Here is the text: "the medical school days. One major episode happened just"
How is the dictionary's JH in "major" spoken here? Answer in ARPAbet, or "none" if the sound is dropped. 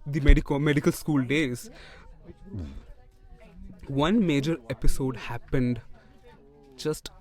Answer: JH